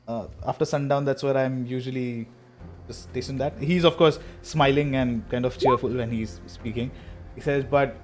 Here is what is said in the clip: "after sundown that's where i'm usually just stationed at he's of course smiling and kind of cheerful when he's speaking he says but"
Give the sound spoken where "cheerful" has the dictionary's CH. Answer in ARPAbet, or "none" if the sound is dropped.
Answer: CH